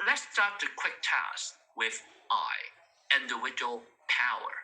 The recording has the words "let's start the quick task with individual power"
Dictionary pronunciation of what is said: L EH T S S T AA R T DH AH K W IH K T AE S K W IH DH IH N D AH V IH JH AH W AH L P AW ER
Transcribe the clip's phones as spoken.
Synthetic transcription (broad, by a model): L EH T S S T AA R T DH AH K W IH K T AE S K W IH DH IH N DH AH W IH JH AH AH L P AW ER